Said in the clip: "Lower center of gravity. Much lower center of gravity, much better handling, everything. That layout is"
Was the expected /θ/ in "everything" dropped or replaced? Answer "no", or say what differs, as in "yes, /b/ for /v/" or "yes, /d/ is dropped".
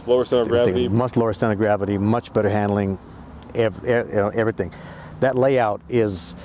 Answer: no